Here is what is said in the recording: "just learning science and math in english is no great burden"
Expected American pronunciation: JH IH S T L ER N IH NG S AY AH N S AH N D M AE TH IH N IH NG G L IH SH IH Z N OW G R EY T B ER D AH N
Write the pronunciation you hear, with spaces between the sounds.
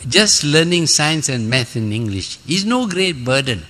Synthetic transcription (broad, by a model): JH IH S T L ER N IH NG S AY AH N S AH N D M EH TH IH N IH NG G L IH SH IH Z N OW G R EY T B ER D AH N